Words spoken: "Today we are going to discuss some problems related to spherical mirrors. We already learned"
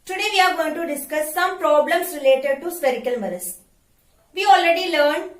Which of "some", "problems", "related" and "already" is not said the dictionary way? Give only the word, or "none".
problems